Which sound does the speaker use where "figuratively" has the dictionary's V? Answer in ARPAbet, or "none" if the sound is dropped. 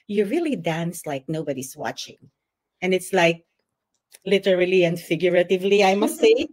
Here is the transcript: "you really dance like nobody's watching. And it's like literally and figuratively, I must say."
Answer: V